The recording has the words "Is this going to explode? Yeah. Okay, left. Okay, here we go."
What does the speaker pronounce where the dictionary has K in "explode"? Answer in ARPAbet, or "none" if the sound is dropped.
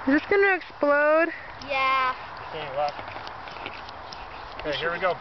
K